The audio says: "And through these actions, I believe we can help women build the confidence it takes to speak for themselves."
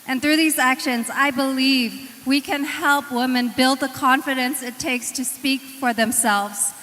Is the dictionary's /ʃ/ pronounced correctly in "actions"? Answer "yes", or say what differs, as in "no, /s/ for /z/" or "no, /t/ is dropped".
yes